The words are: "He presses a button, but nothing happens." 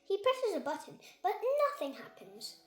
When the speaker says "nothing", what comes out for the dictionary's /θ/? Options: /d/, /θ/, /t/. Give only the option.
/θ/